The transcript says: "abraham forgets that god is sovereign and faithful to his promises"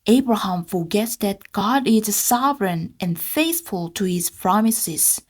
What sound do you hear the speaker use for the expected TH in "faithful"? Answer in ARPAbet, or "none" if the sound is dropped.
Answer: TH